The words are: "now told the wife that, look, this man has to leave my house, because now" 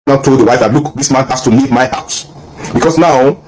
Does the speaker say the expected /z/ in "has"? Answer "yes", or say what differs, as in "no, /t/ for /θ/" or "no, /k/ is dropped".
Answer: no, /s/ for /z/